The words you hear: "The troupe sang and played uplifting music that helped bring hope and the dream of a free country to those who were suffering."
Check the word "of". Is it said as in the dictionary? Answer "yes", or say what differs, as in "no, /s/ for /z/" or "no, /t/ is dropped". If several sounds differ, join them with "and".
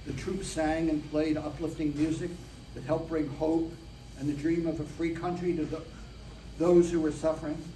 yes